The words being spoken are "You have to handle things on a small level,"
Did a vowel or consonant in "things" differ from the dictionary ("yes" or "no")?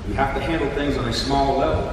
no